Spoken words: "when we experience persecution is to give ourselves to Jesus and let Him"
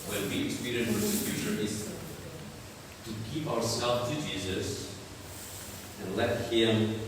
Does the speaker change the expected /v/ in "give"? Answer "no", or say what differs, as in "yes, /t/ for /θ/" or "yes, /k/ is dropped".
yes, /p/ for /v/